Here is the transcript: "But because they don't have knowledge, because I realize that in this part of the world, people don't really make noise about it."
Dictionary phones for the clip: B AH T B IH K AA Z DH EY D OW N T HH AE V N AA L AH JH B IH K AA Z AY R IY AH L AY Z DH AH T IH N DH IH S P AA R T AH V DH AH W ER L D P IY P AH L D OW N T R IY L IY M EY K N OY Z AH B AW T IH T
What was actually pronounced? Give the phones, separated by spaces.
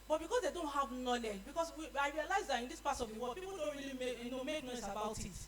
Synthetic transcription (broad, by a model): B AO T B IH K AA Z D EY D OW N T HH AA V N AA L AH JH B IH K AA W AY R IY AH L AY Z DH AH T IH N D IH S P AA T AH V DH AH W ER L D P IY P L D OW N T R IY L IY M EY K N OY S AH B AW T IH T